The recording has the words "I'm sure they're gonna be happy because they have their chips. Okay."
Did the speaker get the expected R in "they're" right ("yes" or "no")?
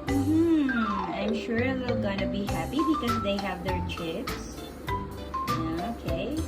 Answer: no